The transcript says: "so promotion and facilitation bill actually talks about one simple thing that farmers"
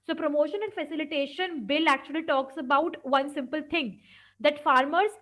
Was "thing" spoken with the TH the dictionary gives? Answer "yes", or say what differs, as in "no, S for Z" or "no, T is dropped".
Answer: no, T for TH